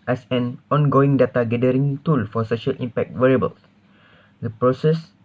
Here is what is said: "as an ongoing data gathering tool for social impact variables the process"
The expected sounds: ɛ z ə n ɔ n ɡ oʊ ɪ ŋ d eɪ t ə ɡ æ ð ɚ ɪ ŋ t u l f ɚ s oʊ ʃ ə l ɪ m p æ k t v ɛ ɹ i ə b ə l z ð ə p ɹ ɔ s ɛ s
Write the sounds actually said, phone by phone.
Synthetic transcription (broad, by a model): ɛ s ə n ɔ n ɡ oʊ ɪ ŋ d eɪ t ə ɡ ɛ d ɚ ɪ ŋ t u l f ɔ s oʊ ʃ ə l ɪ m p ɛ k t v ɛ ɹ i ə b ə l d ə p ɹ ɔ s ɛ s